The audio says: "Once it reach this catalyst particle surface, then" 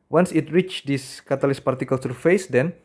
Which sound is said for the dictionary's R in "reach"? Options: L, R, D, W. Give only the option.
R